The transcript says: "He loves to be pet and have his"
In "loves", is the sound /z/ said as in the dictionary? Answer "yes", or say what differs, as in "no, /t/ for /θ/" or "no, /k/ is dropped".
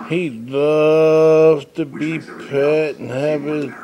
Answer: no, /z/ is dropped